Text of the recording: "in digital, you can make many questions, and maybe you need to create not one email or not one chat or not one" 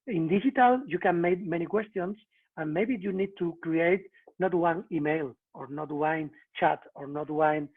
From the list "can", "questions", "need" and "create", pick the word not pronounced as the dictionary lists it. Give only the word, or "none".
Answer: questions